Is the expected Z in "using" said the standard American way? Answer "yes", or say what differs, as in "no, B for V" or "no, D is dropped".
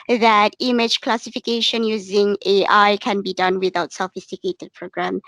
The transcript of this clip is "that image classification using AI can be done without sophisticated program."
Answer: yes